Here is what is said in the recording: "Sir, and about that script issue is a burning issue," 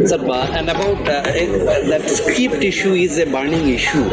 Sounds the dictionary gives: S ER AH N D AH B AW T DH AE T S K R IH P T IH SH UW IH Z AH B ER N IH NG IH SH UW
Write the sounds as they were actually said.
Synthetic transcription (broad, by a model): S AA AH N D AH B AW T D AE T S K IH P T IH SH UW IH Z AH B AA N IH NG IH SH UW